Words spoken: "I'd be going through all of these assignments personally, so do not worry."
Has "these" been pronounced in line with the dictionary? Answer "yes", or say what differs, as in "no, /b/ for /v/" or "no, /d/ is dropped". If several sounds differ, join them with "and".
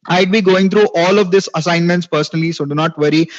no, /s/ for /z/